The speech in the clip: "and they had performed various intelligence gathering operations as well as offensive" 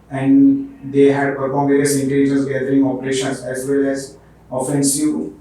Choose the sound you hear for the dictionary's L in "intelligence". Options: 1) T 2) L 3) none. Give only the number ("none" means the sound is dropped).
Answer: 3